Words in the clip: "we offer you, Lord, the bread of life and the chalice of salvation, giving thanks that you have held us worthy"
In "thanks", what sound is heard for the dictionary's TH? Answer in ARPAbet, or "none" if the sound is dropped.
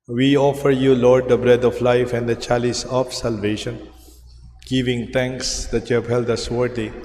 T